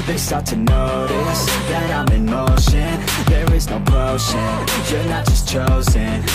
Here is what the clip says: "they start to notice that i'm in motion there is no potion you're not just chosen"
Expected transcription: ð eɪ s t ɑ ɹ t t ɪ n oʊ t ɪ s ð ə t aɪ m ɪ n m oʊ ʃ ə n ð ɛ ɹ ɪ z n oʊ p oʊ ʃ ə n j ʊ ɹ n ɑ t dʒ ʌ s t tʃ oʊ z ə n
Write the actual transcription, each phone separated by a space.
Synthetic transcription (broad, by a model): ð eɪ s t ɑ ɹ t t ɪ n oʊ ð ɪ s ð ə t aɪ m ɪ m oʊ ʃ ə n ð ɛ ɹ ɪ z n oʊ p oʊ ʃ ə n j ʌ ɹ n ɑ t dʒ ʌ s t tʃ oʊ z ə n